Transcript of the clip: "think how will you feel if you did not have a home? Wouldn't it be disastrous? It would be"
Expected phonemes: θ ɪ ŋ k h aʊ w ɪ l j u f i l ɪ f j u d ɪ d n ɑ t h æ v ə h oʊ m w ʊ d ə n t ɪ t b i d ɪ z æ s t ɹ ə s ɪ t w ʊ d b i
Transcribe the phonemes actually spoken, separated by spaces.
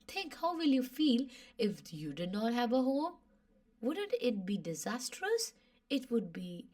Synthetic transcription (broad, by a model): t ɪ ŋ k h aʊ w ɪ l j u f i l ɪ f j u d ɪ d n ɑ t h æ v ə h oʊ m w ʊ d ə n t ɪ t b i d ɪ z æ s t ɹ ə s ɪ t w ʊ d b i